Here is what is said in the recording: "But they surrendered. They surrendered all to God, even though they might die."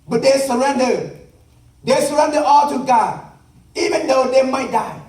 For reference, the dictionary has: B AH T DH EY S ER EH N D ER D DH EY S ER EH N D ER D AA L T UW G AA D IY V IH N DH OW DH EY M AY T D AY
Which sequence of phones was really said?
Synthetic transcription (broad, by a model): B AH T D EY S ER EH N D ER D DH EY S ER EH N D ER AA L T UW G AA IY V IH N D OW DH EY M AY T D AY